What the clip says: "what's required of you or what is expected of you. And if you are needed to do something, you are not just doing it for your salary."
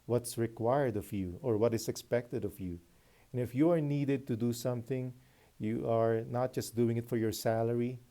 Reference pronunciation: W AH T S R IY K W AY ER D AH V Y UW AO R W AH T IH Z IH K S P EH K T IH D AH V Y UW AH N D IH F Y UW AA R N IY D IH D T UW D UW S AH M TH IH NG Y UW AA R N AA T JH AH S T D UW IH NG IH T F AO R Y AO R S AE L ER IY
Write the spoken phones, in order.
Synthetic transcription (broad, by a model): W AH T S R IY K W AY ER D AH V Y UW AO R W AH T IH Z IH K S P EH K T IH D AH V Y UW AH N IH F Y UW AA R N IY D IH D T UW D UW S AH M TH IH NG Y UW AA R N AA T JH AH S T D UW IH NG IH T F AO R Y AO R S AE L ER IY